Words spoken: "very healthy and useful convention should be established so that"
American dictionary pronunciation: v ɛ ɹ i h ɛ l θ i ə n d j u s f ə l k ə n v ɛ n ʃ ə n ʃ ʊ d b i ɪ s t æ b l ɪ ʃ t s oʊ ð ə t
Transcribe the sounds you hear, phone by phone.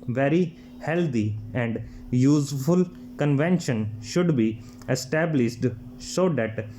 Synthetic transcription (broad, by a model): v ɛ ɹ i h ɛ l t i ə n d j u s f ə l k ə n v ɛ n ʃ ə n ʃ ʊ d b i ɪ s t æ b l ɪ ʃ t s oʊ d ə t